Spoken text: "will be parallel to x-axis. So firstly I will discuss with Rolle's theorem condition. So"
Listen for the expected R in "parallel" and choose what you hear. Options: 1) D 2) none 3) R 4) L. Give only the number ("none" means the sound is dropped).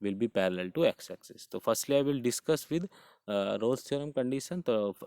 3